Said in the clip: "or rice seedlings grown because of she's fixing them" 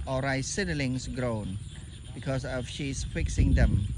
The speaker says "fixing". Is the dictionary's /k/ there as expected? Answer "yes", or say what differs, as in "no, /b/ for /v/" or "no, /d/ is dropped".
yes